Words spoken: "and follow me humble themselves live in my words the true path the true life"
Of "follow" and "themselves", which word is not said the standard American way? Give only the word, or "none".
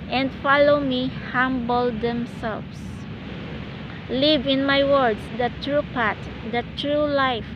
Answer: themselves